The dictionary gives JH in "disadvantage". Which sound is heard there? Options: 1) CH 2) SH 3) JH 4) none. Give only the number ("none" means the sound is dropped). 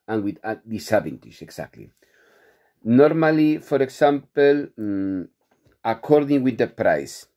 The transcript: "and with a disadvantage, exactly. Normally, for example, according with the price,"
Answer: 2